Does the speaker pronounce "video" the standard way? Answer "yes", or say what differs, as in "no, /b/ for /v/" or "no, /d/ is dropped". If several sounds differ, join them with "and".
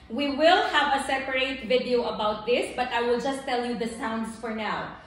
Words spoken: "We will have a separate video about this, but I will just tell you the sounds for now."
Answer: yes